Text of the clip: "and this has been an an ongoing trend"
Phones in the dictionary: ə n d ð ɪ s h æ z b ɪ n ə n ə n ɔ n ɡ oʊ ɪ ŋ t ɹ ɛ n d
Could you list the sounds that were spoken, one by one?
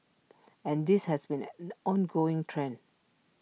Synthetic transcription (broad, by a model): ə n d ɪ s h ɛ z b ɪ n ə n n ɔ n ɡ oʊ ɪ ŋ t ɹ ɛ n